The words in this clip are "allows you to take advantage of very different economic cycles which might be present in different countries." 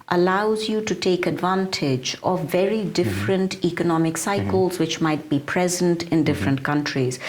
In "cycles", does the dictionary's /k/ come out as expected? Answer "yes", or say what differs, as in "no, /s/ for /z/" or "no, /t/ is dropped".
yes